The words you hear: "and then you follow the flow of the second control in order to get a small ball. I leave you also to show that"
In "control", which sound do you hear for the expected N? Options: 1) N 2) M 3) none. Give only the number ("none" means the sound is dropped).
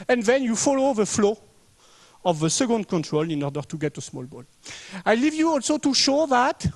1